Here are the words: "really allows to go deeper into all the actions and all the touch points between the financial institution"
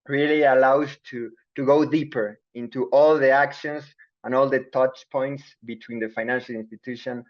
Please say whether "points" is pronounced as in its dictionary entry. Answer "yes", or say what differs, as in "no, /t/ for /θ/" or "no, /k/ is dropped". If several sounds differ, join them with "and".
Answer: yes